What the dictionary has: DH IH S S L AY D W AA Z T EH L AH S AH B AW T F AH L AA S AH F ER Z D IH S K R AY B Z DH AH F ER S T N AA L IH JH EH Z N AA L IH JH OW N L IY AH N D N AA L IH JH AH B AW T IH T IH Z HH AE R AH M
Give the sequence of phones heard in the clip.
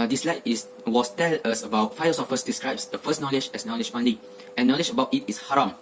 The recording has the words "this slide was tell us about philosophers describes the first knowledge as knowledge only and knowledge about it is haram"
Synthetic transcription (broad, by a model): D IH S S L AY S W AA S T EH L AH S AH B AW T F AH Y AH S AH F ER S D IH S K R AY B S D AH F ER S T N AA L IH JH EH S N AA L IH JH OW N IY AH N N AA L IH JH AH B AW T IH T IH S HH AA R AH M